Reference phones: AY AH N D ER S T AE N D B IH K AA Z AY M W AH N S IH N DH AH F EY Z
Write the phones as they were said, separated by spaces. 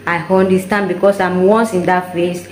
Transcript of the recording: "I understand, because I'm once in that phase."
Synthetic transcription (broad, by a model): AY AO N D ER S T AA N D B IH K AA S AY M W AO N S IH N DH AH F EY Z